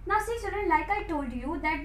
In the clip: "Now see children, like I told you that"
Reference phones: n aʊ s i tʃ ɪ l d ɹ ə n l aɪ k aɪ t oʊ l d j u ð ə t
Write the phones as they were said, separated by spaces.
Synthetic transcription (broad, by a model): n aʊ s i s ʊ d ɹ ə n l aɪ k aɪ t oʊ l d j u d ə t